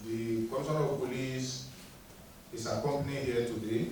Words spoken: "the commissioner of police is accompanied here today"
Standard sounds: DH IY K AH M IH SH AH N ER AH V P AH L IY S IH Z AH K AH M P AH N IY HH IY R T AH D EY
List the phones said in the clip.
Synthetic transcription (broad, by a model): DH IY K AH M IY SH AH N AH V P AH L IY S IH S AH K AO M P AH N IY HH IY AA T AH D EY